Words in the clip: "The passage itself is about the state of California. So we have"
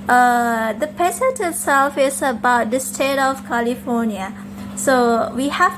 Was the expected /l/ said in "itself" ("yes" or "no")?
yes